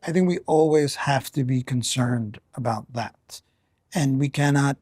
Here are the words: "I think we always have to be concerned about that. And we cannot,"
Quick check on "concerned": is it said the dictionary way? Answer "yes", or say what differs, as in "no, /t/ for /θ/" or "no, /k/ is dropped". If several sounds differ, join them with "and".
yes